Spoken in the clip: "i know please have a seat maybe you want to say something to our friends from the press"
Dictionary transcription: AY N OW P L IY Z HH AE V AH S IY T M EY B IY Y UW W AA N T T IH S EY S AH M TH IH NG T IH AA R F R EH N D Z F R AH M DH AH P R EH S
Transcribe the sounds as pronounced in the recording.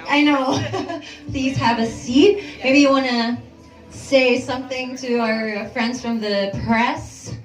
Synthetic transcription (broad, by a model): AY N OW P L IY Z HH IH V AH S IY T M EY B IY Y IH W AA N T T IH S EY S AH M TH IH NG T IH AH R F R EH N D Z F R AH M DH AH P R EH S